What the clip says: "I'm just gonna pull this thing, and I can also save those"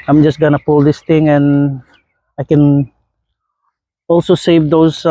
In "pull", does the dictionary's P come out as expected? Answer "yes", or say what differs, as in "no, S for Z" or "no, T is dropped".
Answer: yes